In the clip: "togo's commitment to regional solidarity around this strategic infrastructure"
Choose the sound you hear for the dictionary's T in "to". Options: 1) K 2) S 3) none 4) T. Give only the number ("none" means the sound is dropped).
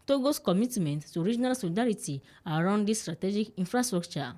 2